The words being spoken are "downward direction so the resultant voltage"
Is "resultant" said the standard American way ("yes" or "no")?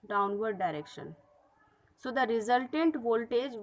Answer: yes